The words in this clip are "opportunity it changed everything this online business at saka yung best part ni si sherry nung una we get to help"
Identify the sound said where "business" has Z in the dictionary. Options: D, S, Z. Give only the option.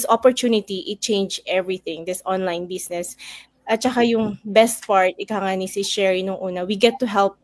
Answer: S